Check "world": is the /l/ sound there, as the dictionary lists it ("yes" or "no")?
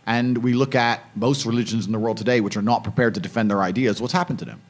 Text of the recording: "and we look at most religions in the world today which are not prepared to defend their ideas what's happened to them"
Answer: yes